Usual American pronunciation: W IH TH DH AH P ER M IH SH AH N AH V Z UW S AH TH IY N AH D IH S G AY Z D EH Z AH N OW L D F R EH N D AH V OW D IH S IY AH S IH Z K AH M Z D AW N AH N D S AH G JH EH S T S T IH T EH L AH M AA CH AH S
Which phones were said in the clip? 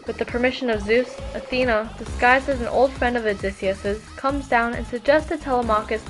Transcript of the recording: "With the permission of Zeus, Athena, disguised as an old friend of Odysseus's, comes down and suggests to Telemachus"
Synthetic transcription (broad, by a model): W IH DH AH P ER M IH SH AH N AH V Z UW S AH TH IY N AH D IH S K AY Z D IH Z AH N OW L D F R EH N D AH V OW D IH S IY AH S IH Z K AH M Z D AW N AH N S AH G JH EH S S T IH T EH L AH M AA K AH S